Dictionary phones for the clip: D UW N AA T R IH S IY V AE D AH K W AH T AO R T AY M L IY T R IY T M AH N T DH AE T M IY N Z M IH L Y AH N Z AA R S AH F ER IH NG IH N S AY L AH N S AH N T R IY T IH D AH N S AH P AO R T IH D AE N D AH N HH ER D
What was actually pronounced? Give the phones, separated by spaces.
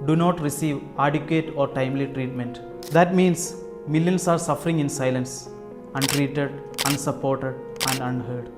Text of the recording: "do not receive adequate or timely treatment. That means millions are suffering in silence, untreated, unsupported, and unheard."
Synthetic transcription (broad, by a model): D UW N AA T R IH S IY V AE D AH K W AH T AO R T AY M L IY T R IY T M AH N T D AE T M IY N S M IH L Y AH N S AA R S AH F ER IH NG IH N S AY L AH N S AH N T R IY T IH D AH N S AH P AO R T IH D AE N D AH N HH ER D